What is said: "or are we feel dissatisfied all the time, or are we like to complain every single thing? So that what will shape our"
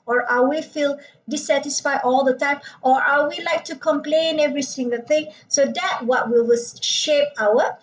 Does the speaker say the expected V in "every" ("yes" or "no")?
yes